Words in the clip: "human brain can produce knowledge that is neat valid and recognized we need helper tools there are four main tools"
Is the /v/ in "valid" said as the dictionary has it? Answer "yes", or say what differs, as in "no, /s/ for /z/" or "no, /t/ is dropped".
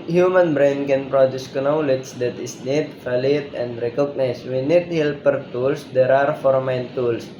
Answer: no, /f/ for /v/